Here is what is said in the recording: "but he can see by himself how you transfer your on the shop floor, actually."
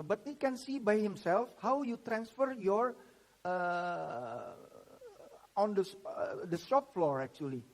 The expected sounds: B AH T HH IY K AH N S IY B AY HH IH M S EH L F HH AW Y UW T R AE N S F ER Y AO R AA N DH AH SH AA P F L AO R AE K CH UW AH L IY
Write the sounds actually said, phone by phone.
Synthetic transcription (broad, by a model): B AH T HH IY K AH N S IY B AY HH IH M S EH L F HH AW Y UW T R AE N S F ER Y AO R AA N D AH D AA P F L AO R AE K CH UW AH L IY